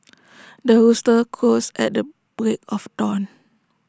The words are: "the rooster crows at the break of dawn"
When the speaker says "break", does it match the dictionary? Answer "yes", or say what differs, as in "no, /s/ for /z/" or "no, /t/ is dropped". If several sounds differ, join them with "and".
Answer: yes